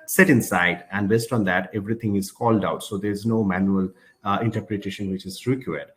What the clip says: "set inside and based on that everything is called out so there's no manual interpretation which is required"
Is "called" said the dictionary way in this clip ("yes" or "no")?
yes